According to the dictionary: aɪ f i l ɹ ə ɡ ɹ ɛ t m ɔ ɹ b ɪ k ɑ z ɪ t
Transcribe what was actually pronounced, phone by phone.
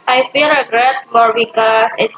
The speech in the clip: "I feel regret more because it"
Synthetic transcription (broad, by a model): aɪ f i l ɹ ə ɡ ɹ ɛ t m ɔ ɹ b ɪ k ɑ s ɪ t